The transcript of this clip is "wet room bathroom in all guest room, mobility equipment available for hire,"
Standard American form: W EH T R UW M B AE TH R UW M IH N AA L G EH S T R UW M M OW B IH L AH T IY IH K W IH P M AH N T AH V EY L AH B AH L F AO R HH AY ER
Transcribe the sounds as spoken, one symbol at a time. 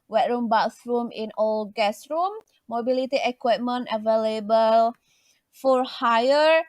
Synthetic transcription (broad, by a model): W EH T R UW M B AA S R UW M IH N AA L G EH S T R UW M M OW B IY L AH T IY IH K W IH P M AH N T AH V EY L AH B AH L F AO R HH AY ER